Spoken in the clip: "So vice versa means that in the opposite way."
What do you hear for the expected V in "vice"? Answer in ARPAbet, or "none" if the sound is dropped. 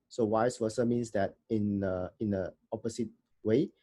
W